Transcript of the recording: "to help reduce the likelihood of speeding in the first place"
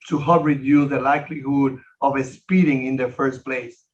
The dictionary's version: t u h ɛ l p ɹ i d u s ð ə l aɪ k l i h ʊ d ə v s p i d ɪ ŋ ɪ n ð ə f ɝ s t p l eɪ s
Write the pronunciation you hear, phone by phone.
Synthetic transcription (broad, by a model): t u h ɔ p ɹ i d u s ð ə l aɪ k l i h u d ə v s p i d ɪ ŋ ɪ n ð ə f ɝ s t p l eɪ s